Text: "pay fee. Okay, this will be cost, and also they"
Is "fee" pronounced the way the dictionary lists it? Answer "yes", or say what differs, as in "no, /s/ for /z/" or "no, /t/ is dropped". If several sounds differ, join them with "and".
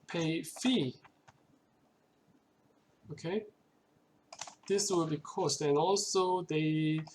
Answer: yes